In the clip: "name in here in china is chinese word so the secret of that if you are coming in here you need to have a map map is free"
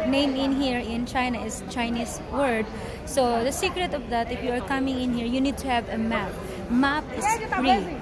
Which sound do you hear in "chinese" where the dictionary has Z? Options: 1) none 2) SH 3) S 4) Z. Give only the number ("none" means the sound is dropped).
3